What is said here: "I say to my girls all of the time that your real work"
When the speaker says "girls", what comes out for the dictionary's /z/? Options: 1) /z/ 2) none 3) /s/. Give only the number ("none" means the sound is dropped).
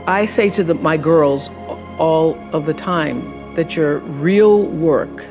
1